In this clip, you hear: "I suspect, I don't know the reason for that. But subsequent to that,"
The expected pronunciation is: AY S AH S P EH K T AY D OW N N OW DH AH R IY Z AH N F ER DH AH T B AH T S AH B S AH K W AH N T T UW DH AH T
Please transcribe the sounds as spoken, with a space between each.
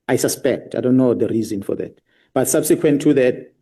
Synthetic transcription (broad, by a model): AY S AH S P EH K T AY D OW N N OW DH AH R IY Z AH N F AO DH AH T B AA T S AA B S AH K W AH N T T UW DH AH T